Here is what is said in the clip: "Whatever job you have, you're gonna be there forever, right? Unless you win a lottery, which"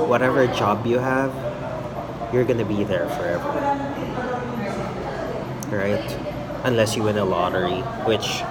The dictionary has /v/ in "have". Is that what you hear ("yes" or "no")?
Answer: yes